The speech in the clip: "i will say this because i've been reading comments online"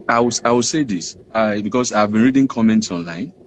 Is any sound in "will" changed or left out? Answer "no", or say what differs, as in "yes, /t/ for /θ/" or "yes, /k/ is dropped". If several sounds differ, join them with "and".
yes, /w/ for /l/